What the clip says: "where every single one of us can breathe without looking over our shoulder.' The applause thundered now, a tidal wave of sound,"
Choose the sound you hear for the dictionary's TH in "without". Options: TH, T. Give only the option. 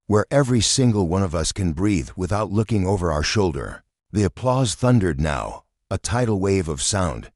TH